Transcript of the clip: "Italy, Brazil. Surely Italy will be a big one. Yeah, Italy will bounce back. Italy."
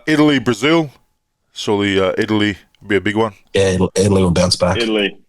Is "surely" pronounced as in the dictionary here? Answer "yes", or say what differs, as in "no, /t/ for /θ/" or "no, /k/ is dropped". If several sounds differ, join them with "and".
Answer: no, /s/ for /ʃ/